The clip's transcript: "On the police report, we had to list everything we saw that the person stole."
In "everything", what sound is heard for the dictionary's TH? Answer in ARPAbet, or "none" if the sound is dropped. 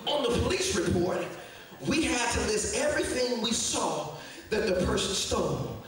TH